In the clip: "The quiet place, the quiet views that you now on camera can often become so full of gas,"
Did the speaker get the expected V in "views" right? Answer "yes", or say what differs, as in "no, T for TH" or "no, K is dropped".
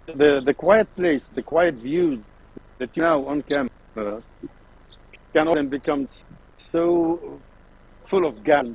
yes